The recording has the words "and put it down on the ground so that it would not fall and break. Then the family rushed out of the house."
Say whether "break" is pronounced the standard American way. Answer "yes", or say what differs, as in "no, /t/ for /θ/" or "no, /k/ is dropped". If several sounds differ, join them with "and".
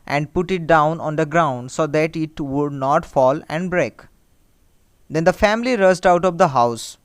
yes